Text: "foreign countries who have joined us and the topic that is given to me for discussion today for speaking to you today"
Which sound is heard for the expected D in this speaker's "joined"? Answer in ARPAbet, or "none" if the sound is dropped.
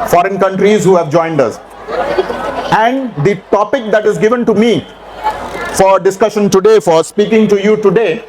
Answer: D